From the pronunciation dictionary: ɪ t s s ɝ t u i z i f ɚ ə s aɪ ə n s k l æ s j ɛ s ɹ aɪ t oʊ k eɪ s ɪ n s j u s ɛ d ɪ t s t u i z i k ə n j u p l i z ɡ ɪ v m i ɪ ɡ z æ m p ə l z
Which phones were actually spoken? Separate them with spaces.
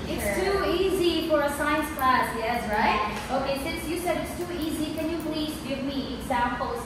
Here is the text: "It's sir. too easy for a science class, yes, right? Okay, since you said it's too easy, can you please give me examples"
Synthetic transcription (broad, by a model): ɪ t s s t u i z i f ɚ ə s aɪ ə n s k l æ s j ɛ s ɹ aɪ t oʊ k eɪ s ɪ n s j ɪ s ɛ d ɪ t s t u i z i k ə n j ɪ p l i z ɡ ɪ v m i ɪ ɡ z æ m p l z